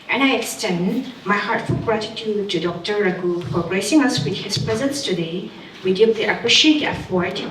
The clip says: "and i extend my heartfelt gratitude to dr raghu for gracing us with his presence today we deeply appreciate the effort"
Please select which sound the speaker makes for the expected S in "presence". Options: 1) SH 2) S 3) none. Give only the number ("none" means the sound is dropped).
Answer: 2